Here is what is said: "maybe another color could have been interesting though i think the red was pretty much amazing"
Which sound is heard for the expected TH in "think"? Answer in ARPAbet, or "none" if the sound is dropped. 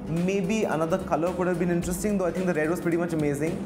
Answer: T